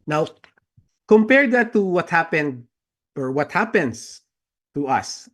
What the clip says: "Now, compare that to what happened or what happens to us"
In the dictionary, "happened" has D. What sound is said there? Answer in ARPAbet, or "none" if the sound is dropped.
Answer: D